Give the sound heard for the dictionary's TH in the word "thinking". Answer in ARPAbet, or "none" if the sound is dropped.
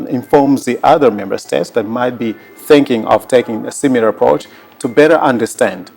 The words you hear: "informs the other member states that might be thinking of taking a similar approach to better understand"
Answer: TH